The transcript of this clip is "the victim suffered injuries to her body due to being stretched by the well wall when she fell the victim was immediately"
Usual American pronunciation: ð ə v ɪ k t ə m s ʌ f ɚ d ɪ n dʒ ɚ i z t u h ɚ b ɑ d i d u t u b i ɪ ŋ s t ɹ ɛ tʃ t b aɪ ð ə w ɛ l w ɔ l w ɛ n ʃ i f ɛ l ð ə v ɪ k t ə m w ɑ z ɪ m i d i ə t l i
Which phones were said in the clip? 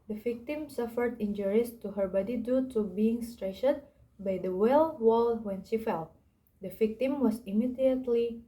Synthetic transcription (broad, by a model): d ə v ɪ k t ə m s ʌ f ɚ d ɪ n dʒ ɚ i s t u h ɚ b ɑ d i d u t u b i ɪ ŋ s t ɹ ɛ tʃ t b aɪ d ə w ɛ l w ɔ l w ɛ n ʃ i f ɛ l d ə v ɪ k t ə m w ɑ s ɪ m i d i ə t l i